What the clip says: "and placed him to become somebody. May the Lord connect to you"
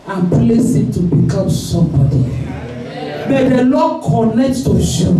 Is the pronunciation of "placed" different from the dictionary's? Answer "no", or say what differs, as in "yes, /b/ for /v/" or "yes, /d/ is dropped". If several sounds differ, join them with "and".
yes, /t/ is dropped